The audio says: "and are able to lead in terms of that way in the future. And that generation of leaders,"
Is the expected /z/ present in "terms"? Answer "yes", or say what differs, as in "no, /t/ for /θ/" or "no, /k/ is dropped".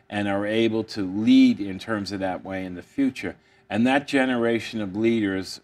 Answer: yes